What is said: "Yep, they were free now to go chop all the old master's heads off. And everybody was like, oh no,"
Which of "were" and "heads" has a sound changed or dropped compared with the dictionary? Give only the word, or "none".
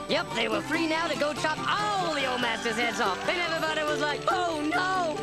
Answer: none